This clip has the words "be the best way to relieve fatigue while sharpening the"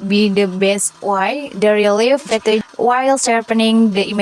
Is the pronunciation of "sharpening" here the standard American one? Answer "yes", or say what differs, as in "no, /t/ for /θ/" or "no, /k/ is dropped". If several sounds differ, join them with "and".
no, /s/ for /ʃ/